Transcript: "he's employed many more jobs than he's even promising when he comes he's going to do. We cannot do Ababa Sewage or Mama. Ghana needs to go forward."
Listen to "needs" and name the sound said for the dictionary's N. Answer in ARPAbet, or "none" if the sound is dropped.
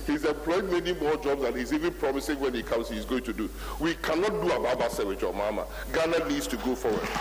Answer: L